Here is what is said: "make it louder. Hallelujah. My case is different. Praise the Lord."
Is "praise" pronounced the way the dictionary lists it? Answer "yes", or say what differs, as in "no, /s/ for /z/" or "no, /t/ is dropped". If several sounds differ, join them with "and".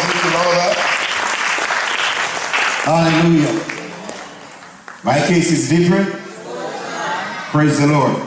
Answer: yes